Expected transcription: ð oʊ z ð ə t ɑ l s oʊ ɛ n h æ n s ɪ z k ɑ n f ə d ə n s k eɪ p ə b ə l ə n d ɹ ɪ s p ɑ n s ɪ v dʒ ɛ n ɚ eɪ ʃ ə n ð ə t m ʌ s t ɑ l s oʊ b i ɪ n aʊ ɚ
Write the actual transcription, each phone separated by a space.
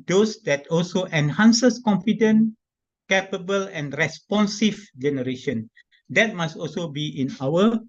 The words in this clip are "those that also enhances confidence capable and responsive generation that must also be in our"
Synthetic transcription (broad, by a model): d oʊ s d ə t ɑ l s oʊ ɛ n h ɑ n s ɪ s k ɑ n f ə d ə n k eɪ p ə b ə l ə n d ɹ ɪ s p ɑ n s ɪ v dʒ ɛ n ɚ eɪ ʃ ə n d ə t m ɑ s t ɑ l s oʊ b i ɪ n aʊ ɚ